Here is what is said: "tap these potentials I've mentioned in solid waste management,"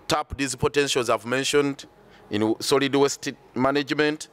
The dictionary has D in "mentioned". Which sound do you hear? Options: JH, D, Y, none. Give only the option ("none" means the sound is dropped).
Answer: D